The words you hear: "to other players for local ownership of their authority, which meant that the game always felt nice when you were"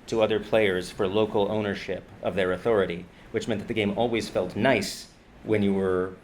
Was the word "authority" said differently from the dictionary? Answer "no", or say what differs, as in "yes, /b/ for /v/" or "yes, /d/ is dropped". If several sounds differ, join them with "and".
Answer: no